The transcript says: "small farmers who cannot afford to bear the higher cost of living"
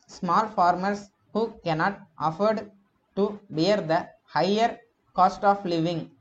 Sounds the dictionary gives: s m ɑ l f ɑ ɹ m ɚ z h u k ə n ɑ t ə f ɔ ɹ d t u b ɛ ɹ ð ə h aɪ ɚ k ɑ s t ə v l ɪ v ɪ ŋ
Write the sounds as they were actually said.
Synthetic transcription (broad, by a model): s m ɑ l f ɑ ɹ m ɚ s h u k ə n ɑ t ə f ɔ ɹ d t u b ɛ ɹ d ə h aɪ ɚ k ɑ s t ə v l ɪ v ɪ ŋ